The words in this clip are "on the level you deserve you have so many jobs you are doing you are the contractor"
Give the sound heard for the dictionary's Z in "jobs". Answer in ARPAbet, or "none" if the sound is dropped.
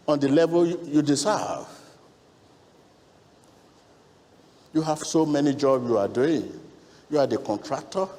none